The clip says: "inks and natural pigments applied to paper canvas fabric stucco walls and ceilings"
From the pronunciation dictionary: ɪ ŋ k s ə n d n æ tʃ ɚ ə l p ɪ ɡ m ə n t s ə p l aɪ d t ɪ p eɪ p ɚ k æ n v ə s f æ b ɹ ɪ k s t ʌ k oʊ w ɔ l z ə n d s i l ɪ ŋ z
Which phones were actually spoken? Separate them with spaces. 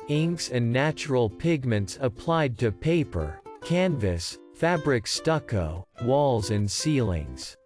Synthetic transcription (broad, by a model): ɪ ŋ k s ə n n æ tʃ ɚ l p ɪ ɡ m ə n t s ə p l aɪ d t ɪ p eɪ p ɚ k æ n v ə s f æ b ɹ ɪ k s t ʌ k oʊ w ɔ l z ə n s i l ɪ ŋ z